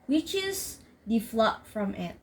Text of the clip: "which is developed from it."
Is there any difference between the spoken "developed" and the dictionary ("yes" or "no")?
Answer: yes